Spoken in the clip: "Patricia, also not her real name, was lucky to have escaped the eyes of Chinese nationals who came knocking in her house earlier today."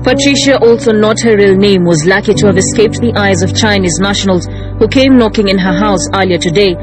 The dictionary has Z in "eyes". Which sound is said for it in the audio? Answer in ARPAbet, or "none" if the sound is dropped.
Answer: Z